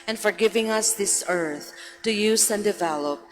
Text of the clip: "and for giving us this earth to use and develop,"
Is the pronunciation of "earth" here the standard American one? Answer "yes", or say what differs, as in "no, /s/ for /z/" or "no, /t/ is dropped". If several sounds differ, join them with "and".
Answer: yes